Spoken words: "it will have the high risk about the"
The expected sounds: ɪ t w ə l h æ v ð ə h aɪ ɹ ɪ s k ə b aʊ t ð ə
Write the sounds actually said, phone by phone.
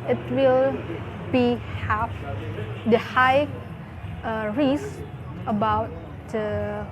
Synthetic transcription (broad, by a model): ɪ t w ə l h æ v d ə h aɪ ɹ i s ə b aʊ t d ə